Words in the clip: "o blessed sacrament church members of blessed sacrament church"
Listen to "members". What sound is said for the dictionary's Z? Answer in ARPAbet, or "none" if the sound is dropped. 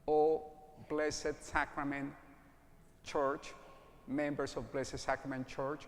S